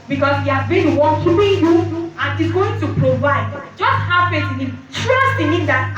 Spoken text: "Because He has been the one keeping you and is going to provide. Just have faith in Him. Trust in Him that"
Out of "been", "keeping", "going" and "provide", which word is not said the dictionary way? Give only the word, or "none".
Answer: keeping